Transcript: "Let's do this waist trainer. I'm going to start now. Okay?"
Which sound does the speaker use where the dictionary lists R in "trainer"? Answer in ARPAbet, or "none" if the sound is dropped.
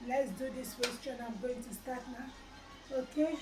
none